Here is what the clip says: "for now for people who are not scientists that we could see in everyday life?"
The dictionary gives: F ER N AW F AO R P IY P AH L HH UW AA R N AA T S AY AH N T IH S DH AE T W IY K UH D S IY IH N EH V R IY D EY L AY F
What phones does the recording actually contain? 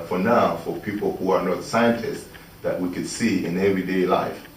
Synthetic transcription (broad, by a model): F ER N AW F AO R P IY P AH L HH UW AA R N AA T S AY AH N T IH S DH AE T W IY K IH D S IY IH N EH V R IY D EY L AY F